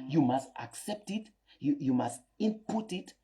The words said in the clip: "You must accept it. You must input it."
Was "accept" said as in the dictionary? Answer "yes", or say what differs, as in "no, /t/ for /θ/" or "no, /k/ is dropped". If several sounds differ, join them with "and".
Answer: yes